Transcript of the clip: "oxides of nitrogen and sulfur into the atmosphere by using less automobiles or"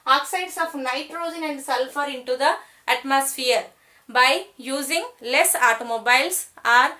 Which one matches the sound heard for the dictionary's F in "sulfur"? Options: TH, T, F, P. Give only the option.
F